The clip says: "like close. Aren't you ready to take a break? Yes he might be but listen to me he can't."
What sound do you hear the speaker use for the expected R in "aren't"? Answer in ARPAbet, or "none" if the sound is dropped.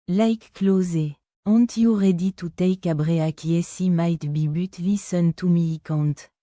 none